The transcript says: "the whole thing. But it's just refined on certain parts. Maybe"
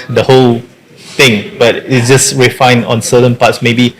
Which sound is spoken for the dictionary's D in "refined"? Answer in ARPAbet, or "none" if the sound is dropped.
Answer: none